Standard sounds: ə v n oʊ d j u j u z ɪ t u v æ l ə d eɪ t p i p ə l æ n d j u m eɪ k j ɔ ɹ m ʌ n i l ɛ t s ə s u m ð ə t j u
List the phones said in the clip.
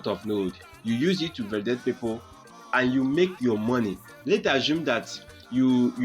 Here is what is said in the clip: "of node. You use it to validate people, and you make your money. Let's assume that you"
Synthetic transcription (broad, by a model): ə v n oʊ d j u j u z ɪ t u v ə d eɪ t p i p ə n j u m eɪ k j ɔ m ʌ n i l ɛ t ə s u m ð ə t j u